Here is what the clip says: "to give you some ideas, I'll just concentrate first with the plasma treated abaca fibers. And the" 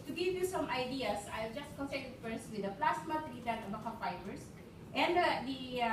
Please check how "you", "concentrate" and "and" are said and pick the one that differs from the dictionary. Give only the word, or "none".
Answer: concentrate